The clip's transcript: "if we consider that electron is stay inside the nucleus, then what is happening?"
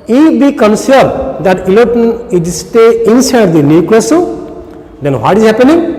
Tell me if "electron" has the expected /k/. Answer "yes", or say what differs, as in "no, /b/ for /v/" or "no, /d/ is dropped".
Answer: no, /k/ is dropped